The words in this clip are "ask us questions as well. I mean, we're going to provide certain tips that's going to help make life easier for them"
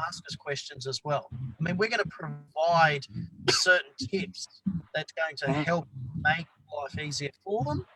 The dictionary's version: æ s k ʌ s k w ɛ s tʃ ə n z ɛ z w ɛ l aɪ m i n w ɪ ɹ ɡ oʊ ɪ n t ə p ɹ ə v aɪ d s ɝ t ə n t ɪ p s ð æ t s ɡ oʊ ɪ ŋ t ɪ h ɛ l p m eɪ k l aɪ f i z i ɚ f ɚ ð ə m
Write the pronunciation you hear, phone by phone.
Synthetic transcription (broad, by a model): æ s k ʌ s k w ɛ s tʃ ə n z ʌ z w ɛ l aɪ m i n w ɪ ɹ ɡ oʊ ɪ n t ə p ɹ ə v aɪ d s ɝ t n t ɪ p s ð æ t s ɡ oʊ ɪ ŋ t ɪ h ɛ l p m eɪ k l aɪ f i z i ɚ f ɚ ð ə m